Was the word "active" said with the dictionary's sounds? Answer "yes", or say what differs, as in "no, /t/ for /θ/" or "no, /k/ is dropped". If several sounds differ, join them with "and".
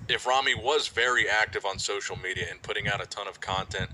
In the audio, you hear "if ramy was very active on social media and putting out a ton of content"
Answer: yes